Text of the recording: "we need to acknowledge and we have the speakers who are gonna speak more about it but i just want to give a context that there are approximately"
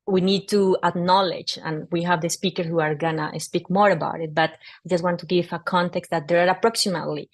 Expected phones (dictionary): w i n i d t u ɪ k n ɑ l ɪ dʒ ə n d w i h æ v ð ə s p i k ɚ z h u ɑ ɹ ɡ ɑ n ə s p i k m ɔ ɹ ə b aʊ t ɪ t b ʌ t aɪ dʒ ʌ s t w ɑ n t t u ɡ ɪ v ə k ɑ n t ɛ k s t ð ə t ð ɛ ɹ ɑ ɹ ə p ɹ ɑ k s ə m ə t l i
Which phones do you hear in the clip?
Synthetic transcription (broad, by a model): w i n i d t u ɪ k n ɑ l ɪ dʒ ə n w i h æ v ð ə s p i k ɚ h u ɑ ɹ ɡ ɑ n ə s p i k m ɔ ɹ ə b aʊ t ɪ t b ʌ t aɪ dʒ ʌ s t w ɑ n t t u ɡ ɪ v ə k ɑ n t ɛ k s t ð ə t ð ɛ ɹ ɑ ɹ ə p ɹ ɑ k s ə m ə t l i